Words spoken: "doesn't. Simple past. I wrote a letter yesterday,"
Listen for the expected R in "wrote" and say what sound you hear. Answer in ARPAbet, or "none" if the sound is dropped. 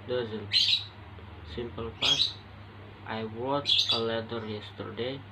W